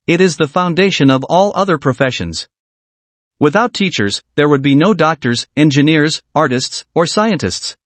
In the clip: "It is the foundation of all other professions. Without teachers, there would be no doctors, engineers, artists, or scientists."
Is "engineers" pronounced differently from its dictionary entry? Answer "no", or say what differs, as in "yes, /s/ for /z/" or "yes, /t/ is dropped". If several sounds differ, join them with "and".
no